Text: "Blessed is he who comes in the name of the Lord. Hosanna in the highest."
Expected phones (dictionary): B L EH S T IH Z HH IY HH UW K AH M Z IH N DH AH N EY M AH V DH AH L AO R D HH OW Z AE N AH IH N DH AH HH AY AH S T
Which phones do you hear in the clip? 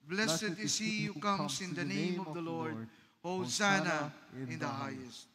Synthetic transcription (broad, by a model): B L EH S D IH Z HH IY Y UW K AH M S IH N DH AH N EY M AH V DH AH L AO R D HH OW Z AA N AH IH N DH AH HH AY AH S T